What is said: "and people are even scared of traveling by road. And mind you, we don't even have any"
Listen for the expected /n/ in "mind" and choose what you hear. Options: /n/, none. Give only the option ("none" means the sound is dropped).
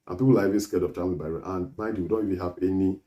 none